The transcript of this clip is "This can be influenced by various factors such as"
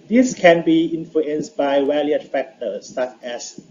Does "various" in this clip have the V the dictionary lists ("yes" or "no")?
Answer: no